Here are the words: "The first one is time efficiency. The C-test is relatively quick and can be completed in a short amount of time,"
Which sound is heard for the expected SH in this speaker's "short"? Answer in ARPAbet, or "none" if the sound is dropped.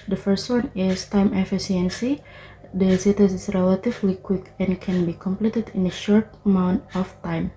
SH